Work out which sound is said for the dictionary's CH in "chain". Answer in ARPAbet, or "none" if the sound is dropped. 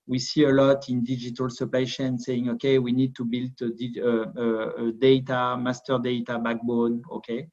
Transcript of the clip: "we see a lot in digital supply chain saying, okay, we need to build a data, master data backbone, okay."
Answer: SH